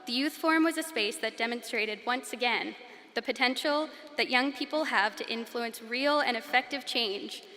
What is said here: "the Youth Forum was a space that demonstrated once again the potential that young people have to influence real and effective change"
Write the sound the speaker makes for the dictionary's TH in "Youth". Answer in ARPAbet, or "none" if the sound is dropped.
TH